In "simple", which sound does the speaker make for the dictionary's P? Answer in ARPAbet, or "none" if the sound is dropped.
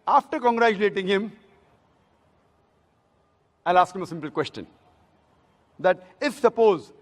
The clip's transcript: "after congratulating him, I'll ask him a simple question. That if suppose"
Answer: P